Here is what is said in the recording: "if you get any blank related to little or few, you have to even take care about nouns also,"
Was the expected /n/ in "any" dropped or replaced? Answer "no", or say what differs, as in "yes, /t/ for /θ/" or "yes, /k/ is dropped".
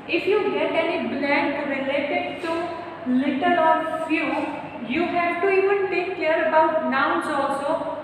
no